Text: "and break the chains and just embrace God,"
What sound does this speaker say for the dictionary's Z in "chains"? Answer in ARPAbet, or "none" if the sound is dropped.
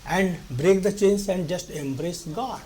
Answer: S